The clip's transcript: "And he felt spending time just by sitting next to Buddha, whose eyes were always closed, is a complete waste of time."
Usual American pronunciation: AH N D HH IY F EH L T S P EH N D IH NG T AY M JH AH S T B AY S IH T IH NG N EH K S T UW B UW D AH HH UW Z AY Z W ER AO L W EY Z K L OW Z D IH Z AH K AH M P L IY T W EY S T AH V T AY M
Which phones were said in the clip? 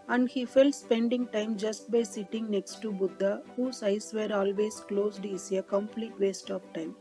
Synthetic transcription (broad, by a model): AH N D HH IY F EH L T S P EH N D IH NG T AY M JH AH S T B AY S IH T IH NG N EH K S T UW B UW D AH HH UW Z AY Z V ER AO L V EY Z K L OW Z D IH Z AH K AH M P L IY T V EY S T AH P T AY M